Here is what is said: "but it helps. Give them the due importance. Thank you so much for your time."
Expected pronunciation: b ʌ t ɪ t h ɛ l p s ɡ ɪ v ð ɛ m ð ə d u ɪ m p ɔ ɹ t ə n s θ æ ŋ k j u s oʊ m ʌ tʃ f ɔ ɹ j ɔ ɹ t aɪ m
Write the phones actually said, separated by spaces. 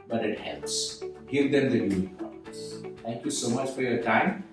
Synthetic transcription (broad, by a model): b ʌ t ɪ t h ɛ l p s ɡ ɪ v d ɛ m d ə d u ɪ p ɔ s t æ ŋ k j u s oʊ m ʌ tʃ f ɔ ɹ j ɔ ɹ t aɪ m